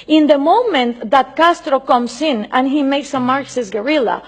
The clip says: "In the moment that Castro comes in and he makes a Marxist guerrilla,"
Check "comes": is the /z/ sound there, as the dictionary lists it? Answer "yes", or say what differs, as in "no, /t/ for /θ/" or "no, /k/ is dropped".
no, /s/ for /z/